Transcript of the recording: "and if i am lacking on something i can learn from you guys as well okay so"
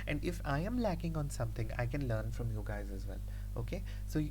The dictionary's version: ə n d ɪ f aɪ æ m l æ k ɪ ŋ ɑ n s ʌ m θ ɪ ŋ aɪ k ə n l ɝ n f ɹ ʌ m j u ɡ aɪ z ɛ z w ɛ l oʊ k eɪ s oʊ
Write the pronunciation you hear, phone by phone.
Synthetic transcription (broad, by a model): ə n d ɪ f aɪ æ m l æ k ɪ ŋ ɑ n s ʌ m t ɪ ŋ aɪ k ə n l ɝ n f ɹ ʌ m j u ɡ aɪ z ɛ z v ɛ l oʊ k eɪ s oʊ